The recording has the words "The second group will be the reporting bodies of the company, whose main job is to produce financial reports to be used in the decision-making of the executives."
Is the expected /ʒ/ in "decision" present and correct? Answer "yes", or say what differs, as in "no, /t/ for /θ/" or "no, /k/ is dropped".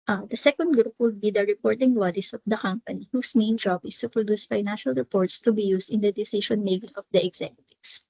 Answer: no, /ʃ/ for /ʒ/